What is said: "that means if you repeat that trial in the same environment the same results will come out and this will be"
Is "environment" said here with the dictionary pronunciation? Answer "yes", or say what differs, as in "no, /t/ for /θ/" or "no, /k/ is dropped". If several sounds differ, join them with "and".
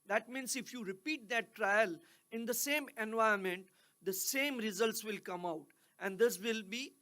no, /ɹ/ is dropped